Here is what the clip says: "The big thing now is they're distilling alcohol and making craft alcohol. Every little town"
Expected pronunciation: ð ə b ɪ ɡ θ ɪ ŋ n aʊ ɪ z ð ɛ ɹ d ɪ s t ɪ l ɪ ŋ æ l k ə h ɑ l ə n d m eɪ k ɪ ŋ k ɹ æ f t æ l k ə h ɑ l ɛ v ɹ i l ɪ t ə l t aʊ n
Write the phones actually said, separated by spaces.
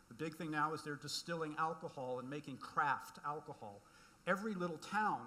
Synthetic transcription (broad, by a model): ð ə b ɪ ɡ θ ɪ ŋ n aʊ ɪ z ð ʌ ɹ d ɪ s t ɪ l ɪ ŋ æ l k ə h ɑ l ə n m eɪ k ɪ ŋ k ɹ æ f t æ l k ə h ɑ l ɛ v ɹ i l ɪ t l t aʊ n